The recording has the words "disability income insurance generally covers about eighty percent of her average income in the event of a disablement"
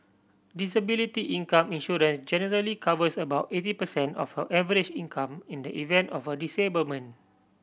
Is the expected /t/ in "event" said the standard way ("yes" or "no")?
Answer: yes